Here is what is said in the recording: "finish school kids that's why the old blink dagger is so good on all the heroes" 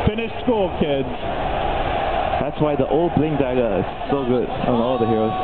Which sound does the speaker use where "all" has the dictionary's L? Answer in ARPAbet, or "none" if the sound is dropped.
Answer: N